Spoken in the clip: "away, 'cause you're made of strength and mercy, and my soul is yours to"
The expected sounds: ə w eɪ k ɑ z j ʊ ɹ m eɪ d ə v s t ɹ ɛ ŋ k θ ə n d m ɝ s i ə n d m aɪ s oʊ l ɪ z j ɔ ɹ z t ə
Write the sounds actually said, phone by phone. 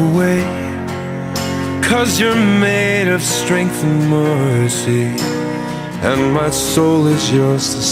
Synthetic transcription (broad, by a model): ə w eɪ k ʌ z j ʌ ɹ m eɪ d ə v s t ɹ ɛ ŋ k θ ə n m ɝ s i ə n m aɪ s oʊ l ɪ z j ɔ ɹ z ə